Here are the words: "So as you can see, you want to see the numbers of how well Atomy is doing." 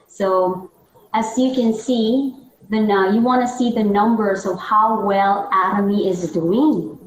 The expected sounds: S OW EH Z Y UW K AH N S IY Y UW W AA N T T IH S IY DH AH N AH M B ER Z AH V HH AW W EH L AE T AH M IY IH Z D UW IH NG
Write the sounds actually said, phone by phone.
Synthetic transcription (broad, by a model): S OW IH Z Y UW K AH N S IY Y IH W AA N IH S IY DH AH N AH M B ER Z AH V HH AW W EH L AE T AH M IY IH Z D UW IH NG